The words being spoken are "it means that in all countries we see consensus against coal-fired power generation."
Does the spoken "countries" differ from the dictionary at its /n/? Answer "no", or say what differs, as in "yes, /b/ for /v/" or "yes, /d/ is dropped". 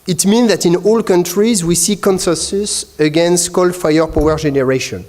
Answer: no